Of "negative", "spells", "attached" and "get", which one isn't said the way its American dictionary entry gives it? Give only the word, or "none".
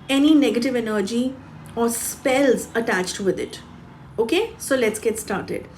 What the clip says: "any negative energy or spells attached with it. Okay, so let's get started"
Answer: none